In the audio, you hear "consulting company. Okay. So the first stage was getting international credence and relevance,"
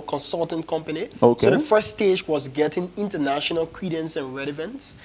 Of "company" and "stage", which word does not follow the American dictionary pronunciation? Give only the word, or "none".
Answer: none